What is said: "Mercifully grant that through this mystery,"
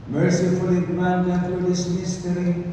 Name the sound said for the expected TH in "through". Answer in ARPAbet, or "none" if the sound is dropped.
T